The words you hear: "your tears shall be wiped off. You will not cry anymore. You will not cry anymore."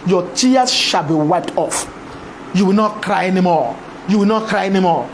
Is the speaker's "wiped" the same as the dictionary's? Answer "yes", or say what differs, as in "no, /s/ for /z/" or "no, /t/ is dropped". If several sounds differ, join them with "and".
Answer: yes